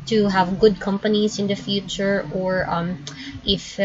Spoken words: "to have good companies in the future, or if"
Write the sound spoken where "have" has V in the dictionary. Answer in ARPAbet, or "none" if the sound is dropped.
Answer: V